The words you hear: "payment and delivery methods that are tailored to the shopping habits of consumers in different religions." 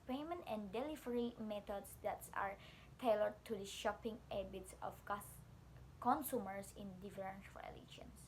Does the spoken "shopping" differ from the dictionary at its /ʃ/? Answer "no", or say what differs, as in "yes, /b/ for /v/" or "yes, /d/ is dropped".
no